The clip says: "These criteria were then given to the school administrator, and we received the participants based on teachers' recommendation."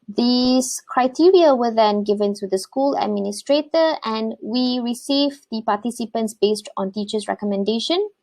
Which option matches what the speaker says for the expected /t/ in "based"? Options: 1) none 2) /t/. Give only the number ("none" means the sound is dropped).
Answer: 2